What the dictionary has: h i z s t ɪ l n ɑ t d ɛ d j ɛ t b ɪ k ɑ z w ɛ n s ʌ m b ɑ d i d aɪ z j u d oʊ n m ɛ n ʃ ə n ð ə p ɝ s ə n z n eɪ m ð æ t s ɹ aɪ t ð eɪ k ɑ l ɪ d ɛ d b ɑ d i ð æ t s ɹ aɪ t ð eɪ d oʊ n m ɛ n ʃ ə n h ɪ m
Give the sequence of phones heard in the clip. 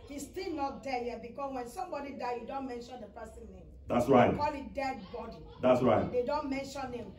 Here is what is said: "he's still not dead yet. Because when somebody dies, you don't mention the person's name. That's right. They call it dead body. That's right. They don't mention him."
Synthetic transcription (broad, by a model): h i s t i l n ɑ t d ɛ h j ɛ b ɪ k ɑ s w ɛ n s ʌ m b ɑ d i d aɪ j u d oʊ n m ɛ n ʃ ə n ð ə p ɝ s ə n n eɪ m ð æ t s ɹ aɪ t k ɑ l ɪ d ɛ d b ɑ d i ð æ t s ɹ aɪ t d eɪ d oʊ n m ɛ n ʃ ə n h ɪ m